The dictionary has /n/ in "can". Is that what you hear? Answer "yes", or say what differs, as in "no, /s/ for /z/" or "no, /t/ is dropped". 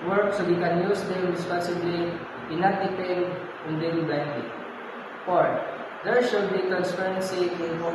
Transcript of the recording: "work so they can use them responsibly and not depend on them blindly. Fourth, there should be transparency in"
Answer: yes